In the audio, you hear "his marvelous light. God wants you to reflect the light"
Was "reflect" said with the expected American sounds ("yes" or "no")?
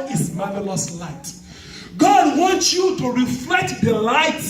yes